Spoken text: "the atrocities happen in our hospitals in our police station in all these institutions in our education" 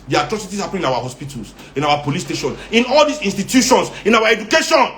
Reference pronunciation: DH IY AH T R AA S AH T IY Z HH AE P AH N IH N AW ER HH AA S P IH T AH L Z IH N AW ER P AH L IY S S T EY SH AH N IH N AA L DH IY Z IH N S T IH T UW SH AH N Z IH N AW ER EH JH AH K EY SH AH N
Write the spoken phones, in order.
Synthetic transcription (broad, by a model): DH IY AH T R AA S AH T IY S HH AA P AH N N AW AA HH AA S P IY T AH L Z IH N AW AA P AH L IY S S T EY SH AH N IH N AA L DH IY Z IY N S T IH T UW SH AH N S IH N AW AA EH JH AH K EY SH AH N